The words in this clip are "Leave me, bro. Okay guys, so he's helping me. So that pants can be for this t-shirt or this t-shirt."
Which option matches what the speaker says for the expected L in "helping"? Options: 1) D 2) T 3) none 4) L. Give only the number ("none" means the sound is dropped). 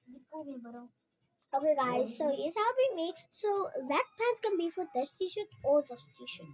3